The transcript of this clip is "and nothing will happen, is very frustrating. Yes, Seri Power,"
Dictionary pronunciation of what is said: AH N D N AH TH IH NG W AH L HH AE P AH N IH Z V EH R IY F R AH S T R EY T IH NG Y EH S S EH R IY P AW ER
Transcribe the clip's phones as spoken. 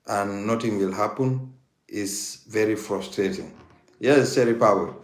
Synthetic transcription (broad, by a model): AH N N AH T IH NG W AH L HH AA P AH N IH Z V EH R IY F R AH S T R EY T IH NG Y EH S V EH R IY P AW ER